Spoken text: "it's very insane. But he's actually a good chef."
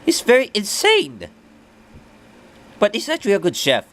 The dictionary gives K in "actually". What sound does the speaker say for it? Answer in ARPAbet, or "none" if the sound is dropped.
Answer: none